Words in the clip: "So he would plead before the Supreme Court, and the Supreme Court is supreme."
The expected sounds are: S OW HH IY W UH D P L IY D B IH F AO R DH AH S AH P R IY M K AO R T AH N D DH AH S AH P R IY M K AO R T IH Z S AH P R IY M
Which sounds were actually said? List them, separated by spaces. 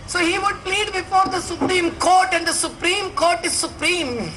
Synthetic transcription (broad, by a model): S OW HH IY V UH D P L IY D B IH F AO R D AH S AH P R IY M K AO R T AH N D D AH S AH P R IY M K AO R T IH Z S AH P R IY M